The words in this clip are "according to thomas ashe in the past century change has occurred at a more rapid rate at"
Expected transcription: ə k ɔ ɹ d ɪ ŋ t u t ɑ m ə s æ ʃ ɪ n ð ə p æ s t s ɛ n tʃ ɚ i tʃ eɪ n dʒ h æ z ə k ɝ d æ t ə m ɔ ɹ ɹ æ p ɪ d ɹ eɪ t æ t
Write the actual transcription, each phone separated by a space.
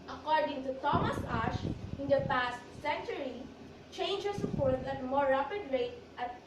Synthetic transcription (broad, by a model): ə k ɔ ɹ d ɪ ŋ t u t ɑ m ə s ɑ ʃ ɪ n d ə p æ s t s ɛ n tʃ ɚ i tʃ eɪ n dʒ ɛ s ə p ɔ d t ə m ɔ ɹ ɹ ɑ p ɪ d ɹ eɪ t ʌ t